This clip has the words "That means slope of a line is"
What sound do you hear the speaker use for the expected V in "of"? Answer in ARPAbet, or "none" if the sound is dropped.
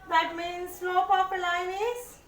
P